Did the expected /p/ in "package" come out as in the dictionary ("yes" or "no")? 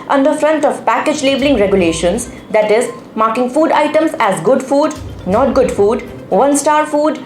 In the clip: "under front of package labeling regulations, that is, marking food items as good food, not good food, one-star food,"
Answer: yes